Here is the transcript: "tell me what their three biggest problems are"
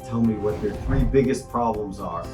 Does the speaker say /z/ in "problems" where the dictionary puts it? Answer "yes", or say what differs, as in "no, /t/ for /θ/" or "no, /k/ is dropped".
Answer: yes